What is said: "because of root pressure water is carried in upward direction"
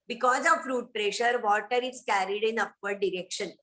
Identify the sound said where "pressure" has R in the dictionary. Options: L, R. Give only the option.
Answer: R